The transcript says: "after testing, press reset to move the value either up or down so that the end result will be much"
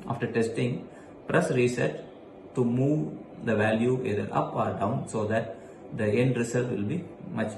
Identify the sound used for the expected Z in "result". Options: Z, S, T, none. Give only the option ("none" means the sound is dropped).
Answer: S